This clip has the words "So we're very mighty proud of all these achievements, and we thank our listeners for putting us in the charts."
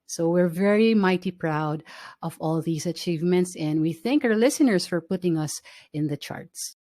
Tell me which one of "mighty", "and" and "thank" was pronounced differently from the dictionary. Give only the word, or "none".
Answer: none